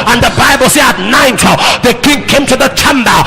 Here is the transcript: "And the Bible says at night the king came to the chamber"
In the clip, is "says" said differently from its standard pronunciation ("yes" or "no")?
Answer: yes